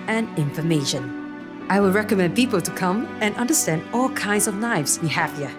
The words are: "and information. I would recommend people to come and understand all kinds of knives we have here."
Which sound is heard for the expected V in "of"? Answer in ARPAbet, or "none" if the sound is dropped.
V